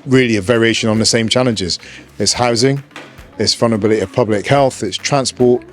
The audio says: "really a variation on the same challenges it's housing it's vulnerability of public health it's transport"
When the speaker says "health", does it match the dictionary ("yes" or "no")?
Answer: yes